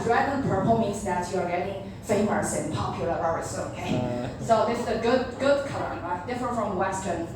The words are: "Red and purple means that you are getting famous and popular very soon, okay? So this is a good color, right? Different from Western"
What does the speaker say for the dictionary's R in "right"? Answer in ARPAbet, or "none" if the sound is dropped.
L